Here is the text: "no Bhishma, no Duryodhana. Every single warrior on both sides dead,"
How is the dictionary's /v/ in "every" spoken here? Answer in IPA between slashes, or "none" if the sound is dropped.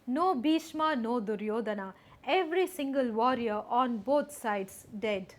/v/